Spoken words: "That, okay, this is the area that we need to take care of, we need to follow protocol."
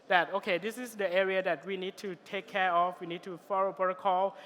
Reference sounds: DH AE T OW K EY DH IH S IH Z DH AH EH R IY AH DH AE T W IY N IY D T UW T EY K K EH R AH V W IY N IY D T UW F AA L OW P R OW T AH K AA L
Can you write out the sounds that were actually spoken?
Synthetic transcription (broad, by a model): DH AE T OW K EY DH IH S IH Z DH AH EH R IY AH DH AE T W IY N IY D T UW T EY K K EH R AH F W IY N IY D T UW F AA L OW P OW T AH K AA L